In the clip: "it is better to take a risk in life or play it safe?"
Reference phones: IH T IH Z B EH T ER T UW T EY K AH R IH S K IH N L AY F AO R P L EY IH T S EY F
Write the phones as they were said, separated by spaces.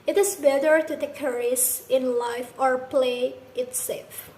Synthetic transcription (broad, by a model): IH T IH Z B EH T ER T UW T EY K AH R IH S IH N L AY F AO R P L EY IH T S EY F